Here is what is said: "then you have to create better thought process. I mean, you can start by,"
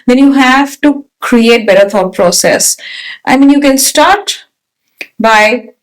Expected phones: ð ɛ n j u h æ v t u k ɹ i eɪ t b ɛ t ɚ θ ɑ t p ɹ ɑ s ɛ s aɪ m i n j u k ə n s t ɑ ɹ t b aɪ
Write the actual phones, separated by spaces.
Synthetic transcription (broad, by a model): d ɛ n j u h æ v t u k ɹ i eɪ t b ɛ t ɚ f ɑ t p ɹ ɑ s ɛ s aɪ m i n j u k ə n s t ɑ ɹ t b aɪ